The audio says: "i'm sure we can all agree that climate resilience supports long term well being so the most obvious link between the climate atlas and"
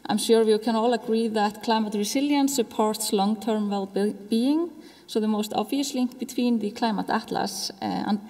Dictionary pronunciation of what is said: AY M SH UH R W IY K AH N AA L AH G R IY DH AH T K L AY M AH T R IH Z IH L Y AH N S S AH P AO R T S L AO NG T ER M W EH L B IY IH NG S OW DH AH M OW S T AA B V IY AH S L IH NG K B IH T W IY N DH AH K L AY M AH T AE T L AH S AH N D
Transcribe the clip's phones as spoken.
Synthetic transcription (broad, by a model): AY M SH UH R W IY K AH N AA L AH G R IY DH AH T K L AY M AH T R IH S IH L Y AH N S S AH P AO R T S L AO NG T ER M W EH L B IY IH NG S OW DH AH M OW S T AA B V IY AH S L IH NG K B IH T W IY N DH AH K L AY M AH T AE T L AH S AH N